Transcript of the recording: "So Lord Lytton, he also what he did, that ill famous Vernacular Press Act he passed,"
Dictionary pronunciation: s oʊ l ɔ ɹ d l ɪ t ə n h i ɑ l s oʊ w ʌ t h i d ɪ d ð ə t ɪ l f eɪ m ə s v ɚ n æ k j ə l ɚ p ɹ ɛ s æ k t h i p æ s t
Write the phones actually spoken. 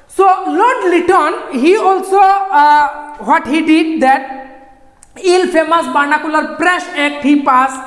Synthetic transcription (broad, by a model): s oʊ l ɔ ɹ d l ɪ t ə n h i ɑ l s oʊ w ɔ t h i d ɪ d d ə t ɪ l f eɪ m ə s b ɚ n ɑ k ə l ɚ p ɹ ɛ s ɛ k t h i p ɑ s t